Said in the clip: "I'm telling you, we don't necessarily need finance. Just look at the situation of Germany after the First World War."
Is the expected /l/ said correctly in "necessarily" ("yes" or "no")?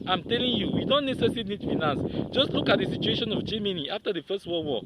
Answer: no